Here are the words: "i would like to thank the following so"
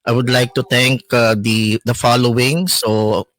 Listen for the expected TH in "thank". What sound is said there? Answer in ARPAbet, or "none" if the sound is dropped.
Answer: T